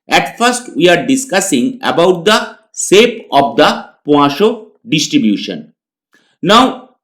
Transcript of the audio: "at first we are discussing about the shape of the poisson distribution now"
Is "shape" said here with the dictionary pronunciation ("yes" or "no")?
no